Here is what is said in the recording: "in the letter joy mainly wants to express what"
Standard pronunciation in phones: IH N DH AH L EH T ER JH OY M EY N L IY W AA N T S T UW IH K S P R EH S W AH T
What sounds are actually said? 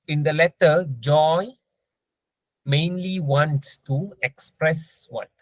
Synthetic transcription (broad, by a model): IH N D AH L EH T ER JH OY M EY N L IY W AA N T S T UW IH K S P R EH S W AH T